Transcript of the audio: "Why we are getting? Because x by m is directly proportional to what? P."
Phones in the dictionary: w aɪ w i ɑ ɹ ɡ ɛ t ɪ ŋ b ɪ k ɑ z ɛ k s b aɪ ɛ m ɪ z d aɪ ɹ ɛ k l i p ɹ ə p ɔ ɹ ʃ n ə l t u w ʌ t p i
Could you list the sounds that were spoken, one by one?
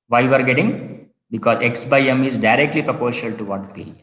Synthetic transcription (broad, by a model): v aɪ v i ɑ ɹ ɡ ɛ t ɪ ŋ b ɪ k ɑ z ɛ k s b aɪ ɛ m ɪ z d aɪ ɹ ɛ k l i p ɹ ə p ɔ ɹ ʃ ə l t u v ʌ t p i